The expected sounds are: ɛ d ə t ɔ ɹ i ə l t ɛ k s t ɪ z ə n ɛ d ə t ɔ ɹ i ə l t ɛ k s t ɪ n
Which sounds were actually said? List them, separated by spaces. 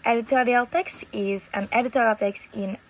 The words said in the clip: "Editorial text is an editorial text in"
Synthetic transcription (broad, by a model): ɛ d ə t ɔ ɹ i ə l t ɛ k s t ɪ z ə n ɛ d ə t ɔ ɹ i ə l t ɛ k s t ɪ n